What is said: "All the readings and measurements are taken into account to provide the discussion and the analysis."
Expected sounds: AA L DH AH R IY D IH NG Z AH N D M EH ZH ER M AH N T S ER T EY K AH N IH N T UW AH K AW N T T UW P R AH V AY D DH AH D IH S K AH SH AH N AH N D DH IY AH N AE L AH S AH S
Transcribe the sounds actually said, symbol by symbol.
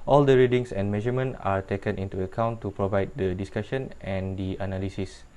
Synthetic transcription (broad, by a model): AA L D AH R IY D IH NG S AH N M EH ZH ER M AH N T AA T EY K AH N IH N T UW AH K AW N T T UW P R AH V AY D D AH D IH S K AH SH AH N AH N D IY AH N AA L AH S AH S